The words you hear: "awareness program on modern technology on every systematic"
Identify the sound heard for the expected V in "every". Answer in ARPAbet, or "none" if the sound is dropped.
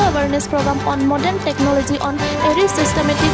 none